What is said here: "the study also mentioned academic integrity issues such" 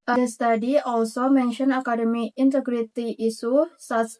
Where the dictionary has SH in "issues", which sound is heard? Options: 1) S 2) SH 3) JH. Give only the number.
1